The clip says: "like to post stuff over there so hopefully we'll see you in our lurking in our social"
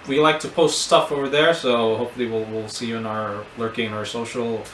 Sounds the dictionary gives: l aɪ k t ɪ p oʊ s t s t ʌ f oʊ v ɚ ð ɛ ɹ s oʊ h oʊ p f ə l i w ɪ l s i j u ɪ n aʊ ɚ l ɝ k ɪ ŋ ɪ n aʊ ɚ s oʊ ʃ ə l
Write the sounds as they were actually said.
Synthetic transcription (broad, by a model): l aɪ k t ɪ p oʊ s t s t ʌ f oʊ v ɚ ð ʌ ɹ s oʊ h oʊ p f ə w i w ɪ l s i j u ɪ n aʊ ɚ l ɝ k ɪ ŋ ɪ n aʊ ɚ s oʊ ʃ l